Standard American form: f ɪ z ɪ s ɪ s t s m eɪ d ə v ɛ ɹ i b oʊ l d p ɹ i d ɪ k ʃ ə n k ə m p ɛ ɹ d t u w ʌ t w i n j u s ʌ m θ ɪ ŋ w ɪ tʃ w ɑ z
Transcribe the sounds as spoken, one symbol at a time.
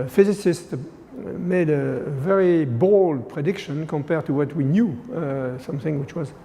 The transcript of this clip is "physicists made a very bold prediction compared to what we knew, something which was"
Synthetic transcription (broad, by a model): f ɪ z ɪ s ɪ s t m eɪ d ə v ɛ ɹ i b oʊ l d p ɹ i d ɪ k ʃ ə n k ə m p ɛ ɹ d t u w ʌ t w i n j u s ʌ m θ ɪ ŋ w ɪ tʃ w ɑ z